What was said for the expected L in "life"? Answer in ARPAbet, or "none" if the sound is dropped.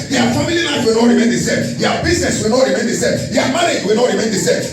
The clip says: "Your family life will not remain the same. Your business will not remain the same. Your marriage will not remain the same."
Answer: N